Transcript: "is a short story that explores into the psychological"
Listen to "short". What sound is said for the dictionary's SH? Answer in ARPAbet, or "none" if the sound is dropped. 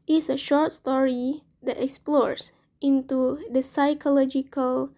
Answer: SH